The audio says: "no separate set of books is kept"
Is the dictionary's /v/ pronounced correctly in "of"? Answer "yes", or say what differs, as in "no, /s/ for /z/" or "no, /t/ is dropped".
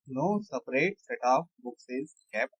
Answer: no, /p/ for /v/